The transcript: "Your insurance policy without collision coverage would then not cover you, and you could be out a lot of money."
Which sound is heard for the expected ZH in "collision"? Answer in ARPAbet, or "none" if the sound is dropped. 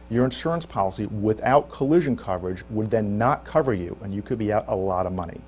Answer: ZH